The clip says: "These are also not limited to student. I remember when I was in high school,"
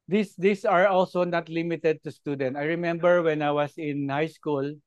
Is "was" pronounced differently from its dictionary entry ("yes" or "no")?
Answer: yes